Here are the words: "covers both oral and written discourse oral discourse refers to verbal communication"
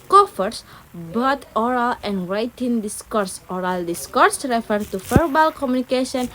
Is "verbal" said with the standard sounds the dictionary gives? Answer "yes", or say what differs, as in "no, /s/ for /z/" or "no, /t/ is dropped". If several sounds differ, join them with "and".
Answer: no, /f/ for /v/